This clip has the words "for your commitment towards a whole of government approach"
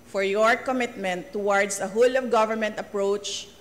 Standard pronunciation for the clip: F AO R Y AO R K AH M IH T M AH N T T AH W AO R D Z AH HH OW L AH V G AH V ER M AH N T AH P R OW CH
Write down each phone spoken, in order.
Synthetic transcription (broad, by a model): F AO R Y AO R K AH M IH T M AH N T T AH W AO R D S AH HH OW L AH V G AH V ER M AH N T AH P R OW CH